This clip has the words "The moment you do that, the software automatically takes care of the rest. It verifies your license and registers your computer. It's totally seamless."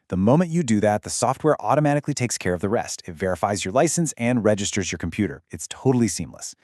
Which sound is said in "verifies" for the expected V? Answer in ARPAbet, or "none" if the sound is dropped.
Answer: V